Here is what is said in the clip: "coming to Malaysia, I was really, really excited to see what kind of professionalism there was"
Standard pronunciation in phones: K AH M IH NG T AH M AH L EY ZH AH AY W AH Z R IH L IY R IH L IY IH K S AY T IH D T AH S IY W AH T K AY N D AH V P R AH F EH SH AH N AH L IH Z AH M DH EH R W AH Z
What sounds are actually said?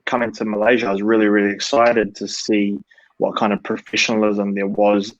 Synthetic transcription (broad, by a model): K AH M IH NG T AH M AH L EY ZH AH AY W AH Z R IH L IY R IH L IY IH K S AY T IH D T AH S IY W AH T K AY N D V P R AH F EH SH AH N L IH Z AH M DH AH R W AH Z